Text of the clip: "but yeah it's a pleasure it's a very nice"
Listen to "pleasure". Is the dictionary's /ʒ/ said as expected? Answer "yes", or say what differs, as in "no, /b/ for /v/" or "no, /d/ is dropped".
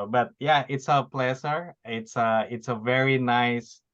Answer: no, /s/ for /ʒ/